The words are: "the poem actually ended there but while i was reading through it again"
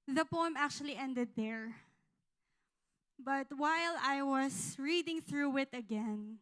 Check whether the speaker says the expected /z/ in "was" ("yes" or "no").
no